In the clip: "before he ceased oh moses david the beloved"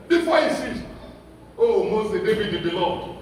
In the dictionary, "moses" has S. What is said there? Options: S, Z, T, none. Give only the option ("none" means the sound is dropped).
none